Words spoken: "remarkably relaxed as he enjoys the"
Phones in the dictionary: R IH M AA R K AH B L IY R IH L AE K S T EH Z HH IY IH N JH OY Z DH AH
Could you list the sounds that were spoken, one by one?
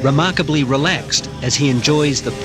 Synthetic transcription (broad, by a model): R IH M AA R K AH B L IY R IH L AE K S T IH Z IY IH N JH OY Z DH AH